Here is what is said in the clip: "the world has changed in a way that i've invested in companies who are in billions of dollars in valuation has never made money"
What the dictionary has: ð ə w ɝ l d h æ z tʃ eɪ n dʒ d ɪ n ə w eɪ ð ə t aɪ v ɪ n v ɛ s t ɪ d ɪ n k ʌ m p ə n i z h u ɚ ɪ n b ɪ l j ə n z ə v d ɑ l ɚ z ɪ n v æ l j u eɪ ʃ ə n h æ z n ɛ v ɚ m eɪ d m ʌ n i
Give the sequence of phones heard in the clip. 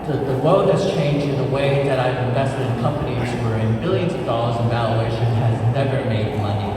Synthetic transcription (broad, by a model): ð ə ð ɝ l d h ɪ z tʃ eɪ n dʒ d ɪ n ə w eɪ ð ə t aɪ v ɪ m v ɛ s t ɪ d ɪ n k ʌ m p ə n i z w ɚ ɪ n b ɪ l j ə n z ə v d ɑ l ɚ z ɪ n v æ l j u eɪ ʃ ə n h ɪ z n ɛ v ɚ m eɪ d m ʌ n i